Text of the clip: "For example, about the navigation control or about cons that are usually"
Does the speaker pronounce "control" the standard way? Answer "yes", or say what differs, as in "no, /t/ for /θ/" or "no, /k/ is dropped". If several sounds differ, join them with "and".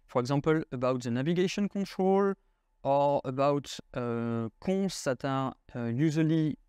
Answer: no, /n/ is dropped